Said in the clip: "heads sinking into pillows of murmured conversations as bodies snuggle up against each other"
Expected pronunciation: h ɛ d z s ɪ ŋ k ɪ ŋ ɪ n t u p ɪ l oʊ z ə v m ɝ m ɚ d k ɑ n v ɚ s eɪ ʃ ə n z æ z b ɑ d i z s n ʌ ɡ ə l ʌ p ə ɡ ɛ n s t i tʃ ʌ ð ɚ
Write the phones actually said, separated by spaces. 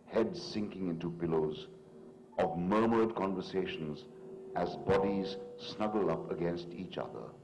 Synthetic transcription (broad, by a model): h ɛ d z s ɪ ŋ k ɪ ŋ ɪ n t u p ɪ l oʊ z ə v m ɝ m ɚ d k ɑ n v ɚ s eɪ ʃ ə n z æ z b ɑ d i z s n ʌ ɡ ə l ʌ p ə ɡ ɛ n s t i tʃ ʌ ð ɚ